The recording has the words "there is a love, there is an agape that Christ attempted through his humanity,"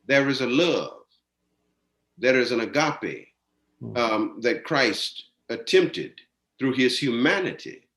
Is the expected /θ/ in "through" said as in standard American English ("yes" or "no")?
yes